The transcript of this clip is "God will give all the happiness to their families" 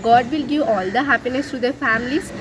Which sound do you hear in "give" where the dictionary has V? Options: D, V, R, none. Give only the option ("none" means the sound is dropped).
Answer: none